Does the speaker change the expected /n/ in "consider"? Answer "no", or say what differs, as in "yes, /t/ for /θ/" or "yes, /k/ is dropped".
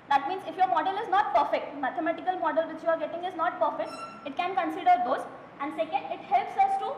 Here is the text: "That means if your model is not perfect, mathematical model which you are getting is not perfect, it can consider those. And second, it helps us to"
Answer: no